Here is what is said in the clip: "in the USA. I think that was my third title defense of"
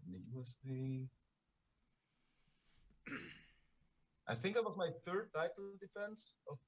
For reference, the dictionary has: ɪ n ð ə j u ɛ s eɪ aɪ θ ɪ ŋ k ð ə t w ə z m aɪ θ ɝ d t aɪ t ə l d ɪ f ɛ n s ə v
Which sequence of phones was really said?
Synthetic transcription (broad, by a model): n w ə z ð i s aɪ θ ɪ ŋ k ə t w ə z m aɪ θ ɝ d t aɪ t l d ɪ f ɛ n s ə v